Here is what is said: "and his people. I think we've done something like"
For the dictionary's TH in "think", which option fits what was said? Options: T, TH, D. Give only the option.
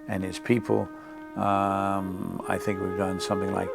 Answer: TH